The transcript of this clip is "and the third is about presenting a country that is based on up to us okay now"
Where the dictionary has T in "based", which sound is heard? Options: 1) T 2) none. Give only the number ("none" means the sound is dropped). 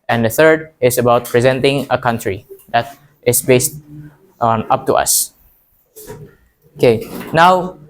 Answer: 1